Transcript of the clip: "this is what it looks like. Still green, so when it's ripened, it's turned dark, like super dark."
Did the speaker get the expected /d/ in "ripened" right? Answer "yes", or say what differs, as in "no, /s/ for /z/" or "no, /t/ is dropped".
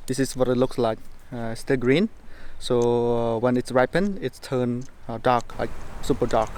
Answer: no, /d/ is dropped